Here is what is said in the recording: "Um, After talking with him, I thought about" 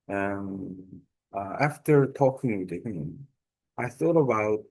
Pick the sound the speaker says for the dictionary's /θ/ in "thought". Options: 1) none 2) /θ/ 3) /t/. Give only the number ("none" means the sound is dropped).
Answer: 2